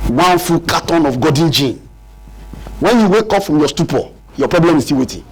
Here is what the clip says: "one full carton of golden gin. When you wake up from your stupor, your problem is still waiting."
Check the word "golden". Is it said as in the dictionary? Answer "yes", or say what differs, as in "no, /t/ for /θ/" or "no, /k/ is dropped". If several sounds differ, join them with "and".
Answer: no, /l/ is dropped